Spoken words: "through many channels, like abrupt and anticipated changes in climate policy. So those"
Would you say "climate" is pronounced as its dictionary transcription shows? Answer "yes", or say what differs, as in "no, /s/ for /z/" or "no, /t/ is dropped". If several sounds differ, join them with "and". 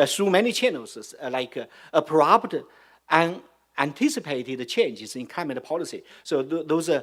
no, /l/ is dropped